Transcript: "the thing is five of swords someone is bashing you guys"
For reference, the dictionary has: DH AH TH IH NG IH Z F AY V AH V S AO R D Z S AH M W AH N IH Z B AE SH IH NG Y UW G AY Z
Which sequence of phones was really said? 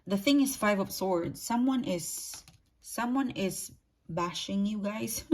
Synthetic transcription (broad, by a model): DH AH TH IH NG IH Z F AY V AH P S AO R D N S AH M W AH N IH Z B AE SH IH NG Y UW G AY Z